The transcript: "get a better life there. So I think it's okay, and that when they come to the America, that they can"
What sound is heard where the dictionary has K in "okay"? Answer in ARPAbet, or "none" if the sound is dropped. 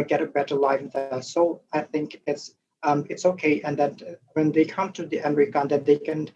K